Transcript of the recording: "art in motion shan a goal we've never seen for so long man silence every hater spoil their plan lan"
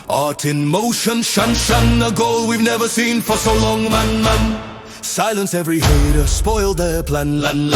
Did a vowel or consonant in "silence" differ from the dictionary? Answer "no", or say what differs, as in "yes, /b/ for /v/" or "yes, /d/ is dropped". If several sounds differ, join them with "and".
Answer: no